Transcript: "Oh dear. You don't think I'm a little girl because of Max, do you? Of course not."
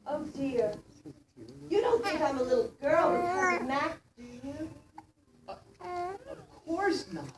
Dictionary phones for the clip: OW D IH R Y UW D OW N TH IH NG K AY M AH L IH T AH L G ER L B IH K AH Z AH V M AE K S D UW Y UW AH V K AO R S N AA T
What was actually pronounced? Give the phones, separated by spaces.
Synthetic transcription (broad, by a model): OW D IH R Y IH D OW N TH IH NG K AY M AH L IH T L G ER L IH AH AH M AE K D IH Y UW AH V K AO R S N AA